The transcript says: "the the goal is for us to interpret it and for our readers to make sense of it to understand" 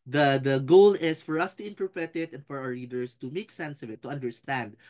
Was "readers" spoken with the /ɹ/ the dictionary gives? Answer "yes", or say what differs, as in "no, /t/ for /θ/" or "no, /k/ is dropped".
no, /l/ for /ɹ/